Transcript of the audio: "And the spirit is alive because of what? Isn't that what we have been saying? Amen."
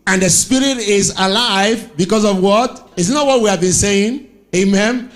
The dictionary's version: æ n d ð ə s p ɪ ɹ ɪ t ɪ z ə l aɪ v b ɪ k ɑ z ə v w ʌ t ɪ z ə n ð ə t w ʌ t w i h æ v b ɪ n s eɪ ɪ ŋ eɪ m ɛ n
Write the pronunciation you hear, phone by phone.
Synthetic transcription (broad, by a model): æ n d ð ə s p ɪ ɹ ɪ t ɪ z ə l aɪ v b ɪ k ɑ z ə v w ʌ t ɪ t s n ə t w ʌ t w i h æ v b ɪ n s eɪ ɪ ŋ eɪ m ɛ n